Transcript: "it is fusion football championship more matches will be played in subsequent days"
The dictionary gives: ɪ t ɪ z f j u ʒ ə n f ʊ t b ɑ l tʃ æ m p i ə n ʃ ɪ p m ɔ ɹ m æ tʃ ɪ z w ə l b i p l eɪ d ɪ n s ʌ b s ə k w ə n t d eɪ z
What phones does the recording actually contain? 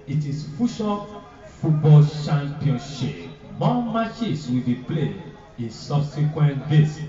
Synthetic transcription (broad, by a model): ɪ t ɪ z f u ʃ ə f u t b ɑ l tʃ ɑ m p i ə n ʃ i p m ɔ m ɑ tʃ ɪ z w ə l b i p l eɪ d ɪ n s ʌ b s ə k w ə n t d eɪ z